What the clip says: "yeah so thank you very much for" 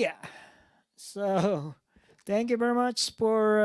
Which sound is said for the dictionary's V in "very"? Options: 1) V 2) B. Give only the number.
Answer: 1